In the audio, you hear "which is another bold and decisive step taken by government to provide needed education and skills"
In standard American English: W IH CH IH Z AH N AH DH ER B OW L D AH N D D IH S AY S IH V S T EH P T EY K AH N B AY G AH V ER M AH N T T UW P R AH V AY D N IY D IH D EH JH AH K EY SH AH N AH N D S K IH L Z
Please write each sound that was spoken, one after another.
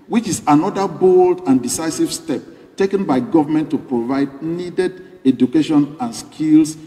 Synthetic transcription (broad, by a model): W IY CH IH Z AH N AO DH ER B OW L D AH N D D IH S AY S IH V S T EH P T EY K AH N B AY G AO V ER M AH N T T UW P R AH V AY D N IY D IH D EH JH AH K EY SH AH N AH N S K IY L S